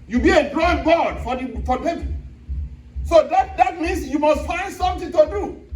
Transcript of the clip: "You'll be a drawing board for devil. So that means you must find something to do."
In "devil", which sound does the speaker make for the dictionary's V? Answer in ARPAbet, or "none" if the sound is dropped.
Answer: P